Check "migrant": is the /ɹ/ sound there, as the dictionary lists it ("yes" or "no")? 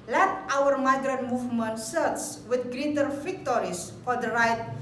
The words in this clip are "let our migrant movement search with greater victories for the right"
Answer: yes